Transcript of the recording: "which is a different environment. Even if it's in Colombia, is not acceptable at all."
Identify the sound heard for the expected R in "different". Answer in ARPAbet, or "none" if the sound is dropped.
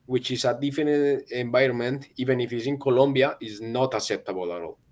none